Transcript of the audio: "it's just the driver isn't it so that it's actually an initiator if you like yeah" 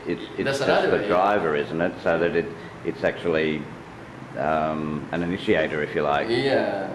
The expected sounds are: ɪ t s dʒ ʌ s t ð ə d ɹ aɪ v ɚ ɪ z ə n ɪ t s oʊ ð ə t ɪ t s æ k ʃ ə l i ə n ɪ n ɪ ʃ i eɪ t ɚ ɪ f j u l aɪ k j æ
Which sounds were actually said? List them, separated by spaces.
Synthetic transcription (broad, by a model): ɪ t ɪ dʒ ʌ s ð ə d ɹ aɪ v ɚ ɪ z n ɪ t s oʊ ð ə t ɪ t s æ k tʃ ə l i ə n ɪ n ɪ ʃ i eɪ t ɚ ɪ f j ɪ l aɪ k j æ